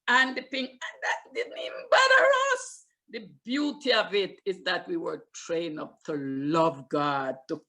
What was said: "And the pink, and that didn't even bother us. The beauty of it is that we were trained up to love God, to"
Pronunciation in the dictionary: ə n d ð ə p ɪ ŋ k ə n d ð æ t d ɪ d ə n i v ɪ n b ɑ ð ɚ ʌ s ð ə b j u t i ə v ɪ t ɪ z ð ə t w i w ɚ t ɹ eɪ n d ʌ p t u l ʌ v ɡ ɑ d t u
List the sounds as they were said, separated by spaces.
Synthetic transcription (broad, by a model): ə n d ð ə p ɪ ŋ ə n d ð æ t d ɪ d n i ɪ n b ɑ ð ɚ ʌ s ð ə b j u t i ə v ɪ t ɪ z ð ə t w i w ɚ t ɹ eɪ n ʌ p t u l ʌ v ɡ ɑ d t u